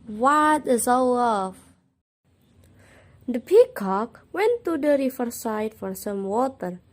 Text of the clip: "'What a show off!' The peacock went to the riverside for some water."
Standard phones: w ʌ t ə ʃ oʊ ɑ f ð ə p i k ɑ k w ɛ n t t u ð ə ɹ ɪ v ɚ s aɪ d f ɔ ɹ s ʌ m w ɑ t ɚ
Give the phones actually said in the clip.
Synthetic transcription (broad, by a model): w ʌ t ə s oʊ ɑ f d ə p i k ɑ k w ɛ n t t u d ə ɹ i f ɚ s aɪ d f ɔ ɹ s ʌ m w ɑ t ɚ